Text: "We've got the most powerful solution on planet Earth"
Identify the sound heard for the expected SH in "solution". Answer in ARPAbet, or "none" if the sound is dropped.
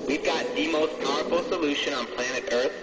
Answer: SH